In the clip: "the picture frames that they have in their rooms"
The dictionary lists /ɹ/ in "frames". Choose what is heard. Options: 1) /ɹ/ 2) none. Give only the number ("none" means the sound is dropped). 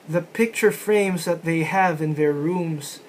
1